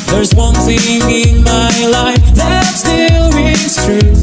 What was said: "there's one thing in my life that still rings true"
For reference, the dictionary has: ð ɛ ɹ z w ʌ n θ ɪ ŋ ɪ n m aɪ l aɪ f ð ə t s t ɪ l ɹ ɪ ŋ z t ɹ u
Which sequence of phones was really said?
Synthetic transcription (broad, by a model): ð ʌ ɹ z w ʌ n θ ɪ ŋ ɪ n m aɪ l aɪ f ð ə t s t ɪ l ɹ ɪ z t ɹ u